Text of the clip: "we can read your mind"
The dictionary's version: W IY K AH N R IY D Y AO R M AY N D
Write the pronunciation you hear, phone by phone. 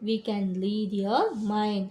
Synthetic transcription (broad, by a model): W IY K AH N L IY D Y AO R M AY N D